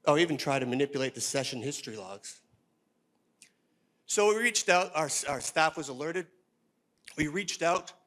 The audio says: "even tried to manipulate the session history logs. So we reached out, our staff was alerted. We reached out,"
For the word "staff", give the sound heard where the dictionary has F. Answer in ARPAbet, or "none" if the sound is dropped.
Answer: F